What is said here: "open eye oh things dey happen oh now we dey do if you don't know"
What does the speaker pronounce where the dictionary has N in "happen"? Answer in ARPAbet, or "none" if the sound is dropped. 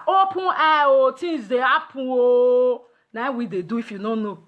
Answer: none